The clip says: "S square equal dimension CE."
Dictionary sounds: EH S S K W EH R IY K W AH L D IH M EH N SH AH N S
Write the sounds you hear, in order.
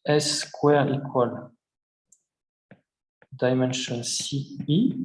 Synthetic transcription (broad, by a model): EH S S K W EH R IY K W AH L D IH M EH N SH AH N S